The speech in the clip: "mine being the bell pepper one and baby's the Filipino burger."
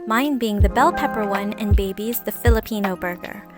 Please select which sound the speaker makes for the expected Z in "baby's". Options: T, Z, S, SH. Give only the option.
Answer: Z